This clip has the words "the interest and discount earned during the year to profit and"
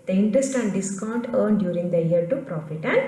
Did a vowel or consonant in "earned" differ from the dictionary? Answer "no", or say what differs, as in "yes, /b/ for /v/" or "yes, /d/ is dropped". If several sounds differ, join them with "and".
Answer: no